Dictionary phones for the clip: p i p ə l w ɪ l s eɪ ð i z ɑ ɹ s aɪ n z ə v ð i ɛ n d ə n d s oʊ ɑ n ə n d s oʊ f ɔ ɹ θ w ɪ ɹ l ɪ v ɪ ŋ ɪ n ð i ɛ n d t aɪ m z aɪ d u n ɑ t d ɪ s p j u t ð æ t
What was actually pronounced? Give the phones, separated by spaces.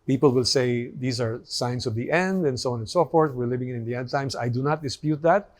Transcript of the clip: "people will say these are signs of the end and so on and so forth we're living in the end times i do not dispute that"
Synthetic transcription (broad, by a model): p i p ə l w ɪ l s eɪ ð i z ɑ ɹ s aɪ n s ə v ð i ɛ n d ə n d s oʊ ɑ n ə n s oʊ f ɔ ɹ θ w ɪ ɹ l ɪ v ɪ ŋ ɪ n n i ɛ n d t aɪ m s aɪ d u n ɑ t d ɪ s p j u t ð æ t